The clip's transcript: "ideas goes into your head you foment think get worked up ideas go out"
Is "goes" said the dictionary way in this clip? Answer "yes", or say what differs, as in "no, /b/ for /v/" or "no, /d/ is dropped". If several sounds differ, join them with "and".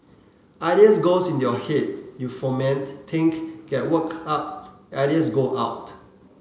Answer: no, /s/ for /z/